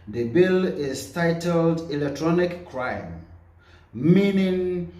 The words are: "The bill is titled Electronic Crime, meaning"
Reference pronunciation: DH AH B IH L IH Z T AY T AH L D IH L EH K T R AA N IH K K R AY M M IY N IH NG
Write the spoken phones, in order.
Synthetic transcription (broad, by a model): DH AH B IH L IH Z T AY T AH L D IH L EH K T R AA N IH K K R AY M M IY N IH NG